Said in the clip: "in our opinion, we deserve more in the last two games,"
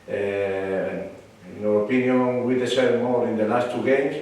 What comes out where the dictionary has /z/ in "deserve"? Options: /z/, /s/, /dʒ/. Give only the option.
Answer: /s/